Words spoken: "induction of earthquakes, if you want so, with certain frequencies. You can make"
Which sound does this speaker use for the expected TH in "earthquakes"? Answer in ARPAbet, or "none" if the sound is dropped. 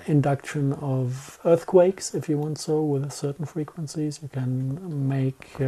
TH